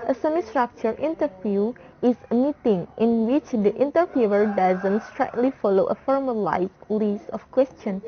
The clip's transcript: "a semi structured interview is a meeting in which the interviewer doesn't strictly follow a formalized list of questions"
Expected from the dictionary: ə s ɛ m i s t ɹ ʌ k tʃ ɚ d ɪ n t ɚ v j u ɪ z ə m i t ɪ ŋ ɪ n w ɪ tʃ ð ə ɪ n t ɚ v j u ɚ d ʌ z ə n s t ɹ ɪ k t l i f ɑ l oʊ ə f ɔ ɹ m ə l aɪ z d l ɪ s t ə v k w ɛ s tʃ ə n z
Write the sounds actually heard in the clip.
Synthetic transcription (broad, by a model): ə s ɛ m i s t ɹ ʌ k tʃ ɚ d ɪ n t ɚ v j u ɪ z ə m i t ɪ ŋ ɪ n w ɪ tʃ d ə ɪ n t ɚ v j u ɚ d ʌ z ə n s t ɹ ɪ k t l i f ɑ l oʊ ə f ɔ ɹ m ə l aɪ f l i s ə f k w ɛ s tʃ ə n